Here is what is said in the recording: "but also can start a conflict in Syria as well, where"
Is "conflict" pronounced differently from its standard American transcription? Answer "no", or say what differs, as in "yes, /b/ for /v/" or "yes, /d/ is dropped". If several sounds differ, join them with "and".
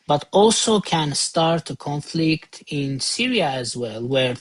no